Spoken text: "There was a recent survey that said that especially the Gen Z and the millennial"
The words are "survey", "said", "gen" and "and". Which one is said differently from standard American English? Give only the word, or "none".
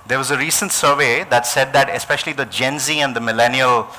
none